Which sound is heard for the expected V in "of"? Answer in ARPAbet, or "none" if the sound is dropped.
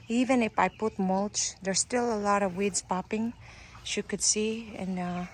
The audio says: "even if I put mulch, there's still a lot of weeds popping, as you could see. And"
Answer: V